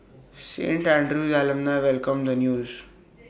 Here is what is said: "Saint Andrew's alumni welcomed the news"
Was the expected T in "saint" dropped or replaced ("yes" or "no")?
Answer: no